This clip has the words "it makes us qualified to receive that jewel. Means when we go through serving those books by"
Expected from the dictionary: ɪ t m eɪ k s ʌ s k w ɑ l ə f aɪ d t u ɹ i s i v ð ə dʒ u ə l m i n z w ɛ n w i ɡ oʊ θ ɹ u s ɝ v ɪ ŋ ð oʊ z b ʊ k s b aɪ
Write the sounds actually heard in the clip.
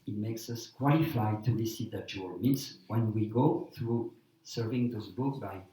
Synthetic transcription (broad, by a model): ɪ t m eɪ k s ʌ s k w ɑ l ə f aɪ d t u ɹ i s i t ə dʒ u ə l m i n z w ɛ n w i ɡ oʊ θ ɹ u s ɝ v ɪ ŋ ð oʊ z b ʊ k b aɪ